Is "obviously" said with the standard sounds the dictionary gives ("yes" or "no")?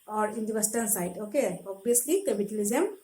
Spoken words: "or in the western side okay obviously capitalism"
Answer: no